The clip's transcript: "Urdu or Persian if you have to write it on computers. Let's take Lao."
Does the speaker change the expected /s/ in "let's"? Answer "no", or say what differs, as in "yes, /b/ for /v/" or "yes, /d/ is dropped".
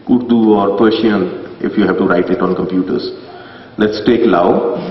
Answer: no